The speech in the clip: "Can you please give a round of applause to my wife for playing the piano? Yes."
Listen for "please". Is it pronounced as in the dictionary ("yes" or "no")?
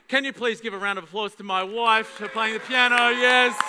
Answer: yes